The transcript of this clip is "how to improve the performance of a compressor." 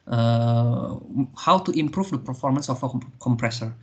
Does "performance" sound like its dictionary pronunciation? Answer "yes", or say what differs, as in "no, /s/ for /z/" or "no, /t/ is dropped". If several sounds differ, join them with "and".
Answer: yes